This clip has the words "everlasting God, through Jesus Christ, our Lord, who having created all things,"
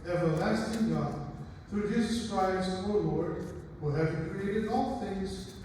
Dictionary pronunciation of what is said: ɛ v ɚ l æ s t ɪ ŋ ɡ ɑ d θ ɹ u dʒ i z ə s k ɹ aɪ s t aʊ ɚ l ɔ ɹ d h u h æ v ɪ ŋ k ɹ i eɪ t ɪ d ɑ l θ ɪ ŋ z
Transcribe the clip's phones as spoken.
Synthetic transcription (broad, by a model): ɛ v ɚ l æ s t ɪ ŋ ɡ ɑ d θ ɹ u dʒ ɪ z s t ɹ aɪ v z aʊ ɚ l ɔ ɹ d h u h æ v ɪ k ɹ i eɪ t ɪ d ɑ l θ ɪ ŋ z